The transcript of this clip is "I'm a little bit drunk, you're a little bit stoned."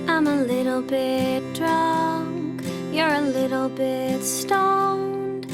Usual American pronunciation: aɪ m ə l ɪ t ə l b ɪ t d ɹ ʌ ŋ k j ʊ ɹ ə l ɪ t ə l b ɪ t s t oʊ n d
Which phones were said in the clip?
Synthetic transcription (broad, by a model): aɪ m ə l ɪ t l b ɪ t d ɹ ʌ ŋ k j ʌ ɹ ə l ɪ t l b ɪ t s t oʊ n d